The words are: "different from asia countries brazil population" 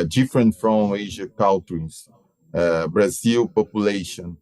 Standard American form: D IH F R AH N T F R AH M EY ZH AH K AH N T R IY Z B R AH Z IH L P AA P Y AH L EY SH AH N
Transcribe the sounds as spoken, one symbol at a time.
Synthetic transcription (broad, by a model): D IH F R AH N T F R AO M EY ZH AH K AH L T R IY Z B R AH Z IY L P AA P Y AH L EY SH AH N